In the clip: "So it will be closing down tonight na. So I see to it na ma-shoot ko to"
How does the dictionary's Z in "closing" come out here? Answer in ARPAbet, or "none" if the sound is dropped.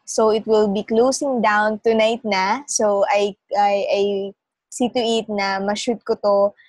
S